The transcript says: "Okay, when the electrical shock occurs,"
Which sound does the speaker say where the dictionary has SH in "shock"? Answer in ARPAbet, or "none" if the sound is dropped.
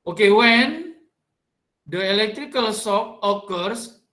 S